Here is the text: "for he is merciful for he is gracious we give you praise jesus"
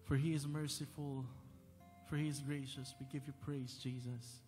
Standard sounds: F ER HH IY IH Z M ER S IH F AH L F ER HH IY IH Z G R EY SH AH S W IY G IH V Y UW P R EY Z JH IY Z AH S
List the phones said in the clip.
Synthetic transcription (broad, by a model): F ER HH IY IH Z M ER S IH F AH L F ER HH IY IH Z G R EY SH AH S W IY G IH V Y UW P R EY Z JH IY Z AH S